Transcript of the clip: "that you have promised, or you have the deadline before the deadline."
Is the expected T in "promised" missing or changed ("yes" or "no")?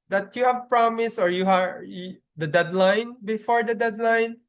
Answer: yes